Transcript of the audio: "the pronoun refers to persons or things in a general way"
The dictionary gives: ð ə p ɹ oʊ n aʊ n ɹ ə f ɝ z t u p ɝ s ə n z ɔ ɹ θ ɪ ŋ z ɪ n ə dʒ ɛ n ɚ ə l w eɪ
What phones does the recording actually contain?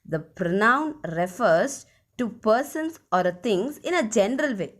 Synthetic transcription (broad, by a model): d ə p ɹ oʊ n aʊ n ɹ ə f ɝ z t u p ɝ s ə n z ɔ ɹ t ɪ ŋ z ɪ n ə dʒ ɛ n ɚ ə l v eɪ